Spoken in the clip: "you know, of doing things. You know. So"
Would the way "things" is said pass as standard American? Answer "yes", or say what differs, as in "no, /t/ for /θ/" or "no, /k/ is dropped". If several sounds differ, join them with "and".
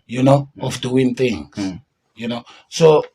no, /t/ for /θ/ and /s/ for /z/